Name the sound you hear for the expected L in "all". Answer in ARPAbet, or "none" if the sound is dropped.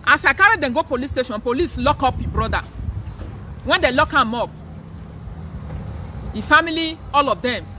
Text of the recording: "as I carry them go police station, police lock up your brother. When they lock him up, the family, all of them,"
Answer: L